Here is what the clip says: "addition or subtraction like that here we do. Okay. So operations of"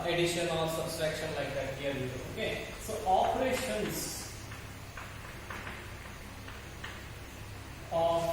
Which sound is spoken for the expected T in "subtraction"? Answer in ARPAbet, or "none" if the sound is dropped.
S